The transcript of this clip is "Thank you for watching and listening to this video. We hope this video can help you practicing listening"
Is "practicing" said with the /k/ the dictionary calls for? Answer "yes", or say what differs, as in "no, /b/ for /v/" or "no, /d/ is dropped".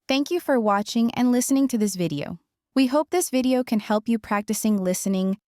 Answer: yes